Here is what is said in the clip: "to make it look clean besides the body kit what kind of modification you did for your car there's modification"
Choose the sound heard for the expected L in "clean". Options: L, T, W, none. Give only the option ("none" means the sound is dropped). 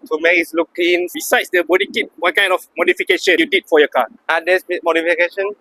none